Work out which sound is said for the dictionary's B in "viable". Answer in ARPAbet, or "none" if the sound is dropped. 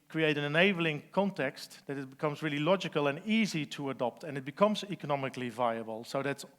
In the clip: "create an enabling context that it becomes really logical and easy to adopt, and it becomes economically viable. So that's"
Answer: B